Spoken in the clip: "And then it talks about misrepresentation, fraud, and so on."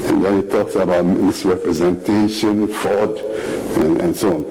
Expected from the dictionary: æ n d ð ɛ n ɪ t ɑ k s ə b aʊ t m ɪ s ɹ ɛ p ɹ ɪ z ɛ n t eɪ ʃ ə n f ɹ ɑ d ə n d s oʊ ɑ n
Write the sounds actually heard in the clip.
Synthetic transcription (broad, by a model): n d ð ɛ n ɪ t ɑ k s ə b aʊ t m ɪ s ɹ ɛ p ɹ ɪ z ɛ n t eɪ ʃ ə n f ɑ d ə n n s oʊ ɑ n